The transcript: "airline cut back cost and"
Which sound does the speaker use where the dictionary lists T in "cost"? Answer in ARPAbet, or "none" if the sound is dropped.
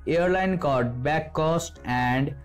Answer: T